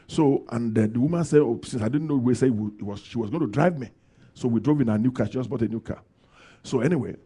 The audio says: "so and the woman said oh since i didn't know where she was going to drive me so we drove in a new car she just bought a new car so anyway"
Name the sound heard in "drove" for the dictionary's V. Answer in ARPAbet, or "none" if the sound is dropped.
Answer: V